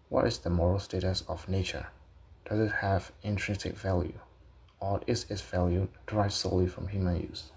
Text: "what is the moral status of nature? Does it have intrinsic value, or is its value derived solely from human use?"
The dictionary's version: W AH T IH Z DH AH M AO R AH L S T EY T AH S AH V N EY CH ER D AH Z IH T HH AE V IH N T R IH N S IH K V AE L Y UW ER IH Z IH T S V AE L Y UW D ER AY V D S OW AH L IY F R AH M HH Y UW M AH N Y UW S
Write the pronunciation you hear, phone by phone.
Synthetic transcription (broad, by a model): W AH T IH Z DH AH M AO R AH L S T EY T AH S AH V N EY CH ER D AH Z IH T HH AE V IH N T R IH N S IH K V AE L Y UW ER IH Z IH T S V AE L Y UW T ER AY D S OW AH L IY F R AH M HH Y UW M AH N Y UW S